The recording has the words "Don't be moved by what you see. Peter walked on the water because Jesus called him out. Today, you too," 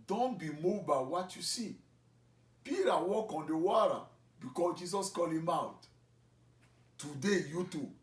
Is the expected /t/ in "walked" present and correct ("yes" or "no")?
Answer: no